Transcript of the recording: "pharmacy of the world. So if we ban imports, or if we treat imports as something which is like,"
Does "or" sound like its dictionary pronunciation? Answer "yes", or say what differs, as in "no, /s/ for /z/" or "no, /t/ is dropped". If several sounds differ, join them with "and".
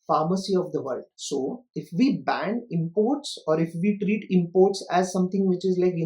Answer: yes